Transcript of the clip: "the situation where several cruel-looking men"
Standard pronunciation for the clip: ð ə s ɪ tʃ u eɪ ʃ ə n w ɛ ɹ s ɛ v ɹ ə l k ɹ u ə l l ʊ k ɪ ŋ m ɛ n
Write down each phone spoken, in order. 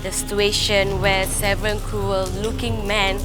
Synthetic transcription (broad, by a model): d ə s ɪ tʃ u eɪ ʃ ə n w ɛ s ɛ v ɹ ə n k ɹ u ə l l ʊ k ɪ ŋ m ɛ n